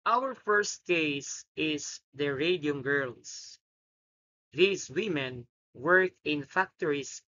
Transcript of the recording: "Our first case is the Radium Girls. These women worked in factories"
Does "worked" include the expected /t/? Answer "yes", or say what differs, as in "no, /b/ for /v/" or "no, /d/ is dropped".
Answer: no, /t/ is dropped